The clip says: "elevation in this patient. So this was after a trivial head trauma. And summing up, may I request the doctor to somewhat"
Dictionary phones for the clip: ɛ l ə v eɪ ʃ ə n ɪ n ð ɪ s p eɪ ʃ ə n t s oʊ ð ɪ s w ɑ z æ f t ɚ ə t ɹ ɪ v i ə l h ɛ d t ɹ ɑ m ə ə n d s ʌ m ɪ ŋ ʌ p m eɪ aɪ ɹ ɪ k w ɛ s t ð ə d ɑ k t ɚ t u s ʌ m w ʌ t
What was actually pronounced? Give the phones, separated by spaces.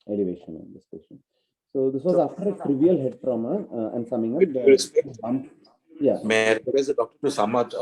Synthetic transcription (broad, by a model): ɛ l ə v eɪ ʃ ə n ɪ n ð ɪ s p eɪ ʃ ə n s oʊ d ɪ s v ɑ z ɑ f t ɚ ə t ɹ ɪ v i ə l h ɛ d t ɹ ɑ m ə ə n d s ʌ m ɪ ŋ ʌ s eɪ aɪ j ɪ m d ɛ t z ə d ɑ k t ɚ t u s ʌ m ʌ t